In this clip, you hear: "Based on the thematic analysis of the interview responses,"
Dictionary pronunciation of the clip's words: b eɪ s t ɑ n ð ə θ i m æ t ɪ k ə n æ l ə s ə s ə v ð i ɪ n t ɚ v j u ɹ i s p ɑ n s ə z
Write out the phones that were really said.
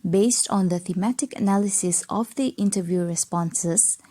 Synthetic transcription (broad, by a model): b eɪ s t ɑ n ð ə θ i m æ t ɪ k ə n æ l ə s ə s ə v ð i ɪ n t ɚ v j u ɹ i s p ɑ n s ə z